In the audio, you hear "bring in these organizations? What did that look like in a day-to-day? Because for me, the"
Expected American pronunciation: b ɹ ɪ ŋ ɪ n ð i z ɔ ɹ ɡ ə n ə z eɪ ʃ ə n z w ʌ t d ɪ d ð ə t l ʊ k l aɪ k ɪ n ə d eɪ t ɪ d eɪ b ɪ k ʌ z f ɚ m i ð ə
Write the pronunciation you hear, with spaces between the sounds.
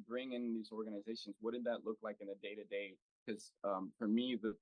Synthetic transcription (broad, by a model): b ɹ ɪ ŋ ɪ n ð i z ɔ ɹ ɡ ə n ə z eɪ ʃ ə n z w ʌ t d ɪ d ð ə t l ʊ k l aɪ k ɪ n ə d eɪ t ɪ d eɪ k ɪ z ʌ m f ɚ m i ð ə